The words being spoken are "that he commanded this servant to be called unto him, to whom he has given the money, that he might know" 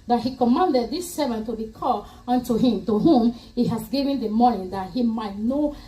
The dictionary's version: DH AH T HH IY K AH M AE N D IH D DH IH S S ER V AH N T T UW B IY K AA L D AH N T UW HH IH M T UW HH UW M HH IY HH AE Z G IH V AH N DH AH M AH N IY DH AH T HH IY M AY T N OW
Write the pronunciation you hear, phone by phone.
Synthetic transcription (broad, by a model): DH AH T HH IY K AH M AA N D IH D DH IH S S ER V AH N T T UW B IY K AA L AH N T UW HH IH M T UW HH UW M HH IY HH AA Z G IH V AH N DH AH M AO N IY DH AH T HH IY M AY T N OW